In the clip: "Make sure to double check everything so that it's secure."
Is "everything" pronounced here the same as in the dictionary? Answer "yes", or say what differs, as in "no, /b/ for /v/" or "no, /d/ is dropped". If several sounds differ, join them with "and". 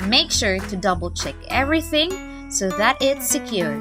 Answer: yes